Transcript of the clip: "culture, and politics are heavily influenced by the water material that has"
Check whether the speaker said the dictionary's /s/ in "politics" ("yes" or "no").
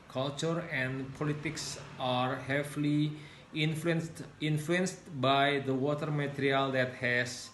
yes